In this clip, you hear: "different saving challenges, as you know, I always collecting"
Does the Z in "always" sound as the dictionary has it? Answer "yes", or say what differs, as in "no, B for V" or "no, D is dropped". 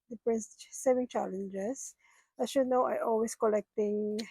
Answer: no, S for Z